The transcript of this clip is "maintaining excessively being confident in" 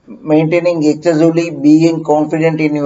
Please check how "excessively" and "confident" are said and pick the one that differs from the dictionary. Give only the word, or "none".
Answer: excessively